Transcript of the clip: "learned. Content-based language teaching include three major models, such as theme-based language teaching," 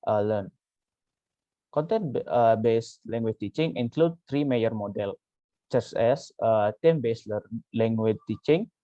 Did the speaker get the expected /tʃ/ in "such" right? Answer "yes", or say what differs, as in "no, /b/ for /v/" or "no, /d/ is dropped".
no, /s/ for /tʃ/